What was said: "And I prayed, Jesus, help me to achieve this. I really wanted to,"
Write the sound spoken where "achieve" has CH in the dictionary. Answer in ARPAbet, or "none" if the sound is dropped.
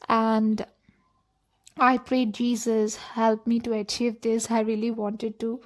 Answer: CH